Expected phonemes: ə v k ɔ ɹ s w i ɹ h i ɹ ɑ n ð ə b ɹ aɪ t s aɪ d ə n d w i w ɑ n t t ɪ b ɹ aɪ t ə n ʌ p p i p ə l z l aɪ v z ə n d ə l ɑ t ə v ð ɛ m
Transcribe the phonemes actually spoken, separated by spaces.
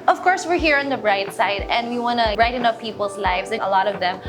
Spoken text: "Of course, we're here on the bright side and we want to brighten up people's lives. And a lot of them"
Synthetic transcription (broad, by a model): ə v k ɔ ɹ s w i ɹ h i ɹ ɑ n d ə b ɹ aɪ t s aɪ d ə n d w i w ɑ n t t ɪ ɹ aɪ t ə n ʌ f p i p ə l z l aɪ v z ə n ə l ɑ t ə v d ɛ m